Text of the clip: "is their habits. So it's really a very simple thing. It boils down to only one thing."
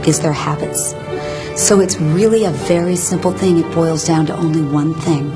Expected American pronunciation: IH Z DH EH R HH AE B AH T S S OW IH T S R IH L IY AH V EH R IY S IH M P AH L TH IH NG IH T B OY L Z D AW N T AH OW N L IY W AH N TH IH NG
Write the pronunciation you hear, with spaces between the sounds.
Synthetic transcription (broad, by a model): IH Z DH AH R HH AE B AH T S S OW IH T S R IH L IY AH V EH R IY S IH M P L TH IH NG IH T B OY L Z D AW N T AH OW N L IY W AH N TH IH NG